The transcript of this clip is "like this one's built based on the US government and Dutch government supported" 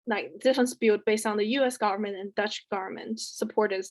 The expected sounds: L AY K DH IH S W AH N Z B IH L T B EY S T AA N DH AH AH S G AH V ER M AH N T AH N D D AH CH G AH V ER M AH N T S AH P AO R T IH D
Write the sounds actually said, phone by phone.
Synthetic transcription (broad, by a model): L AY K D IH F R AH N S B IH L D B EY S T N DH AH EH S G AH V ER M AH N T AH N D D AH CH G AH V ER M AH N T S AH P AO R T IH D